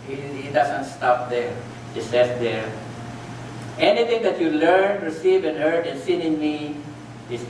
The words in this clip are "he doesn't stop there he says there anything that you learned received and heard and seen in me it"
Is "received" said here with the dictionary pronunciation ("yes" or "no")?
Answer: no